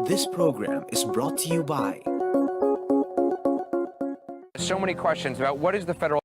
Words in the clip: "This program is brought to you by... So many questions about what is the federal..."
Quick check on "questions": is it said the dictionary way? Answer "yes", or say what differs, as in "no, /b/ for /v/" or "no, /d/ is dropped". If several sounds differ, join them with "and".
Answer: yes